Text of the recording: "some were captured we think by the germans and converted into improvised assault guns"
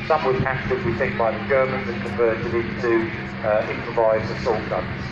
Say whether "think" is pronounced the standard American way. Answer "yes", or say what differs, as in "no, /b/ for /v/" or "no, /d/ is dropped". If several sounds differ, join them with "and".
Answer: no, /ŋ/ is dropped